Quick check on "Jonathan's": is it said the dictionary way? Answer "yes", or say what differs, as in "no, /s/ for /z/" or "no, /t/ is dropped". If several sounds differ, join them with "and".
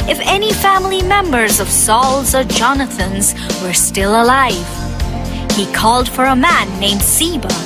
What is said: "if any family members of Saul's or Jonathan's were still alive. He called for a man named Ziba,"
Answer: yes